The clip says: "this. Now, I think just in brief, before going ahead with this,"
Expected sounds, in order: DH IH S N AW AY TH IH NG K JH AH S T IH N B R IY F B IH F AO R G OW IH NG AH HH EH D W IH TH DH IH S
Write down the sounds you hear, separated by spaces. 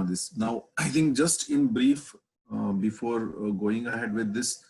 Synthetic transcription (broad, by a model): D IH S N AW AY T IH NG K JH AH S T IH N B R IY F B IH F AO R G OW IH NG AH HH EH D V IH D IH S